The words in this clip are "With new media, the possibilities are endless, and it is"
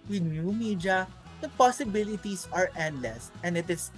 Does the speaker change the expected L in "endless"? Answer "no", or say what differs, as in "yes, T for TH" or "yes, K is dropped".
no